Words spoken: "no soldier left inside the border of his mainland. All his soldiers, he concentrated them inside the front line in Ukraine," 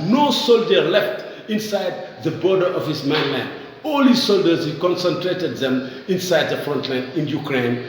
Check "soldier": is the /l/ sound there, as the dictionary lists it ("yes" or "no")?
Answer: yes